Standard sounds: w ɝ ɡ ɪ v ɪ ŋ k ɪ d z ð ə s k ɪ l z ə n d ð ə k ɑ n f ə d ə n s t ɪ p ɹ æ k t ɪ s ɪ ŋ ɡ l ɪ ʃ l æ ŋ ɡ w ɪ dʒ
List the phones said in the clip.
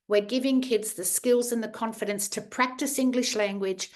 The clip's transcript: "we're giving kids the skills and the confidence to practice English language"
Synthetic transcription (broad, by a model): w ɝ ɡ ɪ v ɪ ŋ k ɪ d z ð ə s k ɪ l z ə n ð ə k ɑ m f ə d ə n s t ɪ p ɹ æ k t ɪ s ɪ ŋ ɡ l ɪ ʃ l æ ŋ ɡ w ɪ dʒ